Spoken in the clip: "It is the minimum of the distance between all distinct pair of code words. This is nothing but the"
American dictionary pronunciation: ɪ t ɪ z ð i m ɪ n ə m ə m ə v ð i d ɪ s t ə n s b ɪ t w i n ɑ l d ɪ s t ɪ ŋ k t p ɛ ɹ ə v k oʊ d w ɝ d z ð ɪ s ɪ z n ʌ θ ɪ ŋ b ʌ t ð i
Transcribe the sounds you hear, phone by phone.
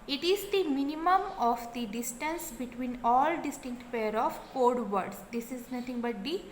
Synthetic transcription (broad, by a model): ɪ t ɪ z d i m ɪ n ə m ə m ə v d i d ɪ s t ə n s b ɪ t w i n ɑ l d ɪ s t ɪ ŋ k t p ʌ ɹ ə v k oʊ d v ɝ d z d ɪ s ɪ z n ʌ t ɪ ŋ b ʌ t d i